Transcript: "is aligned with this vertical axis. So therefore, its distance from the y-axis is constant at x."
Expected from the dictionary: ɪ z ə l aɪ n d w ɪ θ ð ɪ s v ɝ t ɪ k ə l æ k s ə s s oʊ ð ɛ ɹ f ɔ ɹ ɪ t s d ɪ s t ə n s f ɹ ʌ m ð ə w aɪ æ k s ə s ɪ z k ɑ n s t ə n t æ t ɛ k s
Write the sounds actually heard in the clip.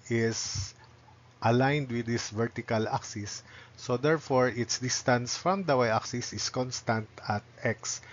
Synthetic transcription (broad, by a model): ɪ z ə l aɪ n d w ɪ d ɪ s v ɝ t ɪ k ə l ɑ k s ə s s oʊ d ɛ ɹ f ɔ ɹ ɪ t s d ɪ s t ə n s f ɹ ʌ m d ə w aɪ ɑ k s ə s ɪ s k ɑ n s t ə n t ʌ t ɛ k s